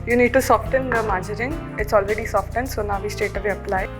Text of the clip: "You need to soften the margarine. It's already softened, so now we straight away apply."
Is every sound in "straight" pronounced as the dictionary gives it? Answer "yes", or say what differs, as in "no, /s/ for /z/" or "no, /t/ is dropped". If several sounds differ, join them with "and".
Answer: no, /ɹ/ is dropped